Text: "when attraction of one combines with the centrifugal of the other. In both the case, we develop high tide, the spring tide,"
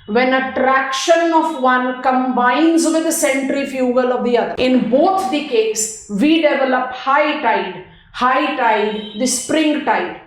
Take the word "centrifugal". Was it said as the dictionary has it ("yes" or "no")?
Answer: yes